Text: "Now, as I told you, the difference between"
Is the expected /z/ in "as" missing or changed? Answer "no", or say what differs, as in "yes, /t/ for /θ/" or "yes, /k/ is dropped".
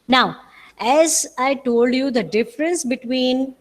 no